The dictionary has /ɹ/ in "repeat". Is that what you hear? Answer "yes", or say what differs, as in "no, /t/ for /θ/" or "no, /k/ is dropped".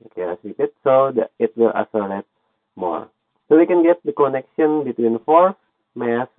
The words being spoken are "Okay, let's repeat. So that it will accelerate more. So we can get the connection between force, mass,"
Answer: no, /l/ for /ɹ/